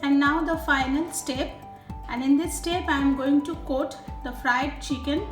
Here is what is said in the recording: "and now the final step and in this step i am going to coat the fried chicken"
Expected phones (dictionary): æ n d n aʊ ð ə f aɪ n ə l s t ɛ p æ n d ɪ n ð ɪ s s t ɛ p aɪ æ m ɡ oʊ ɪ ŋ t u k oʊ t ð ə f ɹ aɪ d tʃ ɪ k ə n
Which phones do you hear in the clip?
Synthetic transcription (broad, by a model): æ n d n aʊ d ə f aɪ n ə l s t ɛ p æ n d ɪ n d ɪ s s t ɛ p aɪ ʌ m ɡ oʊ ɪ ŋ t u k oʊ t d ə f ɹ aɪ d tʃ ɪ k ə n